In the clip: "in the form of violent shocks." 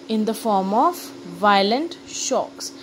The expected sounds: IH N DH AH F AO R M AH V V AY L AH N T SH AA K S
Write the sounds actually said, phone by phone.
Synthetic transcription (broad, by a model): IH N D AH F AO R M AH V V AY L AH N T SH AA K S